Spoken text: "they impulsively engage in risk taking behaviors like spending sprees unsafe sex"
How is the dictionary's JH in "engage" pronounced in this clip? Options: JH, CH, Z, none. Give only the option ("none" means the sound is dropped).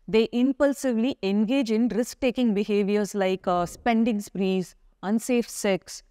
JH